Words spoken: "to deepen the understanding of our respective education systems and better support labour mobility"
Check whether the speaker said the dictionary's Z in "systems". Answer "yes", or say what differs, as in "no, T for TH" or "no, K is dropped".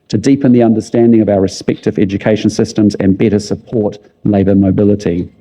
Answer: yes